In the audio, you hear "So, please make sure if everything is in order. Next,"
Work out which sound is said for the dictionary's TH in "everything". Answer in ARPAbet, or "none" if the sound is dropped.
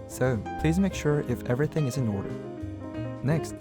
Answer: TH